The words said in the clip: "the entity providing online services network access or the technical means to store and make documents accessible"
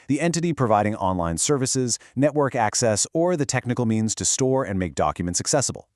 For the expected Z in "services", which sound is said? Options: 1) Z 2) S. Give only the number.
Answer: 1